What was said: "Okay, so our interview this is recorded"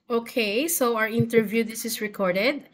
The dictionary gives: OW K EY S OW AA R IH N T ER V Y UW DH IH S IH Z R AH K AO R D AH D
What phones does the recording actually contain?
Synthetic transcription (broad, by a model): OW K EY S OW AA R IH N T ER V Y UW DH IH S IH S R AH K AO R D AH D